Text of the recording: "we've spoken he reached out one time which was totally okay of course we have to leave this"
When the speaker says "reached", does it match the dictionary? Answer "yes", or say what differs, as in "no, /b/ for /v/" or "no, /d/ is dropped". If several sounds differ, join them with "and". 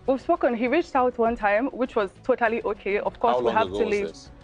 yes